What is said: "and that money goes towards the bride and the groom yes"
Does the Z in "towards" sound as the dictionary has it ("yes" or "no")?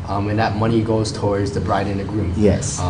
yes